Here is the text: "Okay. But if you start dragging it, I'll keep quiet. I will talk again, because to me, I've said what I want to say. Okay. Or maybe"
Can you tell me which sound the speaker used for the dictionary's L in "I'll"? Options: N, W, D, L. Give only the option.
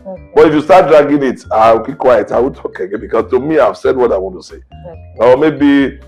W